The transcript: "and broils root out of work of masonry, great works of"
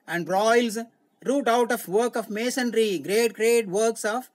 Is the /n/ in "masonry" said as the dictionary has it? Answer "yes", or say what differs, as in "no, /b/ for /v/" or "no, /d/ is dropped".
yes